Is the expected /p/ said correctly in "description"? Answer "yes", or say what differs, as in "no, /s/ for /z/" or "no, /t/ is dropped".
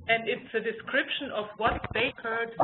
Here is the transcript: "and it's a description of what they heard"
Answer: yes